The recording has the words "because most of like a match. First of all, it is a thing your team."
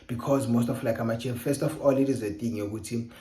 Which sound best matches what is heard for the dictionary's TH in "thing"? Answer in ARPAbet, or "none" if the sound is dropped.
T